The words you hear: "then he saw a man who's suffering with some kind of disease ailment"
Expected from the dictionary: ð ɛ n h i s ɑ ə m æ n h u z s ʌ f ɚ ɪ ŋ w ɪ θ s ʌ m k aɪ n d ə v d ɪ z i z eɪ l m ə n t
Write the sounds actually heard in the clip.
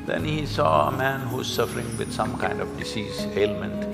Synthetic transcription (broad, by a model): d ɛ n h i s ɑ ə m æ n h u z s ʌ f ɚ ɪ ŋ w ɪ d s ʌ m k aɪ n d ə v d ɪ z i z eɪ l m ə n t